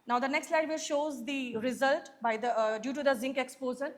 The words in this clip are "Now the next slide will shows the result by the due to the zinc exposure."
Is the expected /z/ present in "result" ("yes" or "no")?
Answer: yes